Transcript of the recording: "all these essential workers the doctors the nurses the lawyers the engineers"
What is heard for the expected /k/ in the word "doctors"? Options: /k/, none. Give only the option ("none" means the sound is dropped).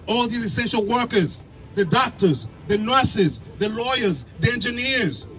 /k/